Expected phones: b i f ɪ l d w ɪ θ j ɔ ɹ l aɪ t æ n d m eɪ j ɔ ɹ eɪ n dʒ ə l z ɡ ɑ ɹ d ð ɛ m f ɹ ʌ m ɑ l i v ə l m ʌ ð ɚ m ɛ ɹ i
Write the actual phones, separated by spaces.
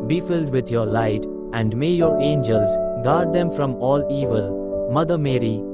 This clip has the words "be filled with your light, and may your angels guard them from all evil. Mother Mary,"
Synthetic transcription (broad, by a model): b i f ɪ l d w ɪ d j ɔ ɹ l aɪ t æ n d m eɪ j ɔ ɹ eɪ n dʒ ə l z ɡ ɑ ɹ d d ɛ m f ɹ ʌ m ɑ l i v ə l m ʌ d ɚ m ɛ ɹ i